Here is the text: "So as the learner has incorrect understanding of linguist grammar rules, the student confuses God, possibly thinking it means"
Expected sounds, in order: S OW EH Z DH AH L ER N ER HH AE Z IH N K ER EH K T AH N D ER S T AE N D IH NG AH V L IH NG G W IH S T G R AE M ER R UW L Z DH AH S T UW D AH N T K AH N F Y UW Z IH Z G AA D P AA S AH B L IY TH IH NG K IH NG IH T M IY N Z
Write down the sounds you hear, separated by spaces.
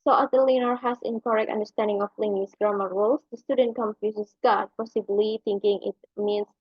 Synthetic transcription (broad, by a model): S OW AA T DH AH L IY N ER HH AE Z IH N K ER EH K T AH N D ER S T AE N D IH NG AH P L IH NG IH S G R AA M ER R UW L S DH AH S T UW D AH N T K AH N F Y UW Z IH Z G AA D P AA S AH B L IY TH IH NG K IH NG IH T M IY N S